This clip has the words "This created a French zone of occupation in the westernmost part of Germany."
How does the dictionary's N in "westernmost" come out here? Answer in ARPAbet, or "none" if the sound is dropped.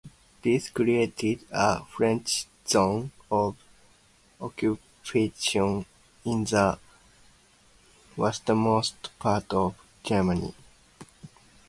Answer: none